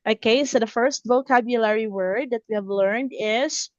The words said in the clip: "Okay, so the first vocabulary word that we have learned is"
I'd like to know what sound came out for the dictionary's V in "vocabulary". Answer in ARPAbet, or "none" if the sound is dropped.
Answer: V